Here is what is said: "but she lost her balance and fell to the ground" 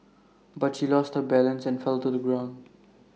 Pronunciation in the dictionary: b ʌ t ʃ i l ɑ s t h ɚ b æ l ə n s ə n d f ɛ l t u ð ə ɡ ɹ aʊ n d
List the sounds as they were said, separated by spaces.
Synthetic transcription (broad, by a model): b ʌ t ʃ i l ɑ s t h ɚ b æ l ə n s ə n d f ɛ l t u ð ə ɡ ɹ aʊ n d